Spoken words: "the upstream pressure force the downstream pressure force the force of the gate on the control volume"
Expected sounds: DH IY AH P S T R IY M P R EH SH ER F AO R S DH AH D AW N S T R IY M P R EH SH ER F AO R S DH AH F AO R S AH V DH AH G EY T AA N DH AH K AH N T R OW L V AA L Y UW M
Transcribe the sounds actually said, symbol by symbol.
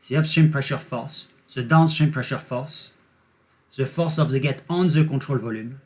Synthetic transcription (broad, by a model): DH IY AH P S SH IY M P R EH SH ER F AO R S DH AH D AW N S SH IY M P R EH SH ER F AO R S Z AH F AO R S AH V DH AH G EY T AA N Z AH K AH T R OW L V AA L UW M